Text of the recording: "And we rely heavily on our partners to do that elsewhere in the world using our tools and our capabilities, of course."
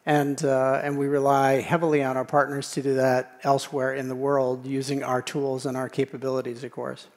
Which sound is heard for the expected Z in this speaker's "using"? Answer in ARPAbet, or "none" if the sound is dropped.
Z